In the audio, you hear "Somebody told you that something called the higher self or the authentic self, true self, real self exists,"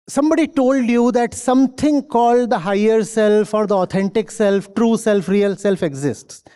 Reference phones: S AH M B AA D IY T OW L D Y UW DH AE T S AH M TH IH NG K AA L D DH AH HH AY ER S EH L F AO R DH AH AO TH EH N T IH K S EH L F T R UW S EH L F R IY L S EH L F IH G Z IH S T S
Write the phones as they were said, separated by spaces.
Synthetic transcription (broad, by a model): S AH M B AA D IY T OW L D Y UW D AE T S AH M T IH NG K AA L D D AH HH AY ER S EH L F AO R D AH AO T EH N T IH K S EH L F T R UW S EH L F R IY L S EH L F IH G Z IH S T S